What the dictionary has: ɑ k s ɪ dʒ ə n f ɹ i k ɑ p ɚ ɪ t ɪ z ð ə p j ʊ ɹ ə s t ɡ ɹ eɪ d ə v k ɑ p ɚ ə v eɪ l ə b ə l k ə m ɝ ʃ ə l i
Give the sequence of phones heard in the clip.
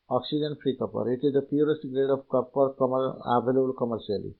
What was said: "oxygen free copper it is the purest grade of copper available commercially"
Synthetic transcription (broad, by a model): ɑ k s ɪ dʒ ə n p ɹ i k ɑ p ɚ ɪ t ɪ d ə p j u ɹ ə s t ɡ ɹ eɪ d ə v k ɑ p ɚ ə b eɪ l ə ə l k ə m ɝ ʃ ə l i